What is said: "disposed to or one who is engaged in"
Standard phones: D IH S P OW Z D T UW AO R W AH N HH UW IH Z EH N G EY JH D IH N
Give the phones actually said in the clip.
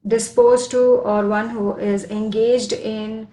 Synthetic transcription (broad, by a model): D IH S P OW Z T UW AO R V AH N HH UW IH Z EH N G EY JH D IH N